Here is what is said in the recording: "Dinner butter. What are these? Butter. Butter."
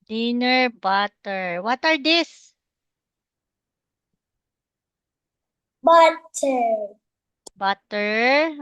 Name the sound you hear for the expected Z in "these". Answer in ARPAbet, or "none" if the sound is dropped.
S